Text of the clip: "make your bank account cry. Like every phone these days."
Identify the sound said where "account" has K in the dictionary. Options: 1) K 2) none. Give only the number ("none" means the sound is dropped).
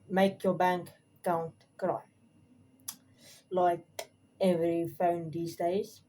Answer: 2